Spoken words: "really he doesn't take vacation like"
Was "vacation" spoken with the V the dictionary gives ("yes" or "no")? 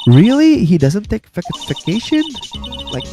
no